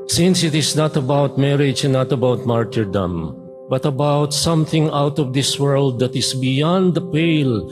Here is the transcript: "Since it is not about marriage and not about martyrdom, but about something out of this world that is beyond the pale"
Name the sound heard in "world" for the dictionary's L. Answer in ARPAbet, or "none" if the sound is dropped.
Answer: L